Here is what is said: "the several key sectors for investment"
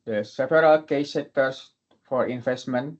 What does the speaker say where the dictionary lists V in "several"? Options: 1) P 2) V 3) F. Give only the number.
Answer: 1